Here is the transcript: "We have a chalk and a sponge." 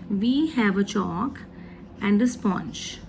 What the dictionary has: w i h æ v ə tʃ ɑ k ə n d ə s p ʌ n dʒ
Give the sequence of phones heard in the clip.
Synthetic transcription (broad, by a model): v i h æ v ə tʃ ɑ k ə n d ə s p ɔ n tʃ